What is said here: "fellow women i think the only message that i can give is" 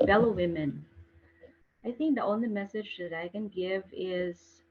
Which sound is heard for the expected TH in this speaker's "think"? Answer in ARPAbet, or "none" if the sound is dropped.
TH